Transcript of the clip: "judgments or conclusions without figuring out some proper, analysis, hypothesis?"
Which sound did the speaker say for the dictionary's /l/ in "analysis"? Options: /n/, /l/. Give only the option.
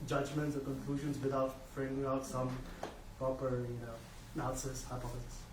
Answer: /n/